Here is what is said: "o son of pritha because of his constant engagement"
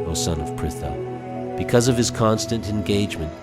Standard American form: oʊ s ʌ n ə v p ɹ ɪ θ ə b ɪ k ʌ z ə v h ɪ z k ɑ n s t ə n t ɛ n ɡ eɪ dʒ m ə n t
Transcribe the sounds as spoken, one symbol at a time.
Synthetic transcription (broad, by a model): oʊ s ʌ n ə v p ɹ ɪ θ ə b ɪ k ʌ z ə v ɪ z k ɑ n s t ə n t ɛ n ɡ eɪ dʒ m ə n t